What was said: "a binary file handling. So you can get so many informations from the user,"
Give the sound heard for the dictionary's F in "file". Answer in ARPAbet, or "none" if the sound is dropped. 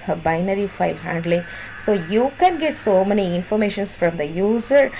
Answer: F